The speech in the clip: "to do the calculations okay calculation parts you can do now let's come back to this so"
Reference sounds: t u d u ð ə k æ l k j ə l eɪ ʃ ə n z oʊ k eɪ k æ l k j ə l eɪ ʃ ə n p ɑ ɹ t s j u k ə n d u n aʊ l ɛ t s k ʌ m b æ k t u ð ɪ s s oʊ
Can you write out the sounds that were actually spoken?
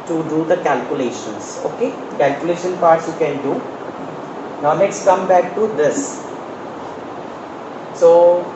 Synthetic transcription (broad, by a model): t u d u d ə k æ l k j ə l eɪ ʃ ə n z oʊ k eɪ k æ l k j ə l eɪ ʃ ə n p ɑ ɹ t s j u k ə n d u n aʊ n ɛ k s k ʌ m b æ k t u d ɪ s s oʊ